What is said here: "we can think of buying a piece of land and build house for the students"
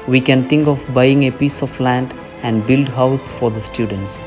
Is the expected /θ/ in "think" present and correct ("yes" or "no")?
no